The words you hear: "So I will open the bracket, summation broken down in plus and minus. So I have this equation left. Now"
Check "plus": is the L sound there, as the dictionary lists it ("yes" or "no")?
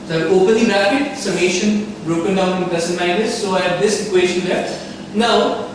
no